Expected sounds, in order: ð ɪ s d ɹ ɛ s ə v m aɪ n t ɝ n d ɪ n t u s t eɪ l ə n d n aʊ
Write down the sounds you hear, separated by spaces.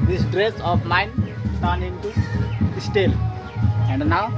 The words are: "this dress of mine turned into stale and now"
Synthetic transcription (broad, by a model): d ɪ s d ɹ ɛ s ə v m aɪ n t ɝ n ɪ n t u s t eɪ l ə n d n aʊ